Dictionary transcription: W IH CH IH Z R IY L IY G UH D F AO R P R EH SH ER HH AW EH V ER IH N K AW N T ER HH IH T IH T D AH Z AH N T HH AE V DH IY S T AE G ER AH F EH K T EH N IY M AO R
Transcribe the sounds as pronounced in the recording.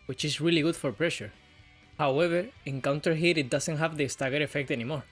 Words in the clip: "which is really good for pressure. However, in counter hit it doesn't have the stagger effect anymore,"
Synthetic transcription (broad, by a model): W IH CH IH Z R IY L IY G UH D F AO R P R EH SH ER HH AW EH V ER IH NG K AW N T ER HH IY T IH T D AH S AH N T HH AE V DH IY S T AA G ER AH F EH K T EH N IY M AO R